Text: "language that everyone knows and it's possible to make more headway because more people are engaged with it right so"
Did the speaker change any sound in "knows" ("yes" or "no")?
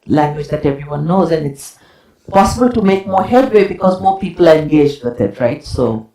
no